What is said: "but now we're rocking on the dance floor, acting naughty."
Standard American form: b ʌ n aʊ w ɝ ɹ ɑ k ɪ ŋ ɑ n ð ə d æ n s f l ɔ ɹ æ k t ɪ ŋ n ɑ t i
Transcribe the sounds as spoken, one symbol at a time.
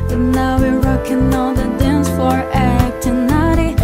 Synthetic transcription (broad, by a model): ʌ n aʊ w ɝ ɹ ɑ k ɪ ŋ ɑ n ð ə d æ n s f ɔ ɹ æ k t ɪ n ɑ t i